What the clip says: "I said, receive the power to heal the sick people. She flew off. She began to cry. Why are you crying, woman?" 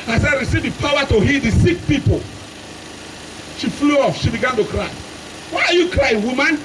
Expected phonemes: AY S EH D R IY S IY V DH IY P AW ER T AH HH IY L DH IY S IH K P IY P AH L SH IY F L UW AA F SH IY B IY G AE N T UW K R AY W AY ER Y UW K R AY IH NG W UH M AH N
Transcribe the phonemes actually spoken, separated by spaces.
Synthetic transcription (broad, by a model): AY S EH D R IY S IY V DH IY P AW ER T AH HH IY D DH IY S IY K P IY P AH L SH IY F L UW AA F SH IY B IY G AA N T UW K R AY W AY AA Y UW K R AY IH W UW M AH N